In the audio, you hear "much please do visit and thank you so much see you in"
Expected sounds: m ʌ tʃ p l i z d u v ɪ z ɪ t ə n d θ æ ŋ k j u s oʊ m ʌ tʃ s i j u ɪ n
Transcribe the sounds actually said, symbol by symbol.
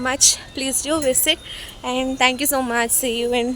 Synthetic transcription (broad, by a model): m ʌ tʃ p l i z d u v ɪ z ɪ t ə n d t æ ŋ k j u s oʊ m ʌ tʃ s i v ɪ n